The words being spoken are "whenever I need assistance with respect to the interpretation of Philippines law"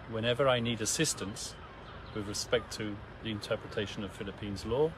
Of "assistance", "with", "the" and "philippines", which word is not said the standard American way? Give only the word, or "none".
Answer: none